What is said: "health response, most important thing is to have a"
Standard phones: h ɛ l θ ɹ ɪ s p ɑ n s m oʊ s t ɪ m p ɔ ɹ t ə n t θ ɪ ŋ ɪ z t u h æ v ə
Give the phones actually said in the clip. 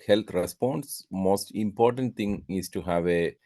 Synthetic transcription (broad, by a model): h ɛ l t ɹ ɪ s p ɑ n s m oʊ s t ɪ m p ɔ ɹ t ə n t t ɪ ŋ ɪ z t u h æ v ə